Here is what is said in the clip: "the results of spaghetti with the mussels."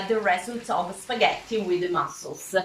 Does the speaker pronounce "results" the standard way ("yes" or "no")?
no